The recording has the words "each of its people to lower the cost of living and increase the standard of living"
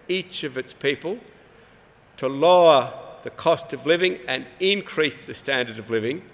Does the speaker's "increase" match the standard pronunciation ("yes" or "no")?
yes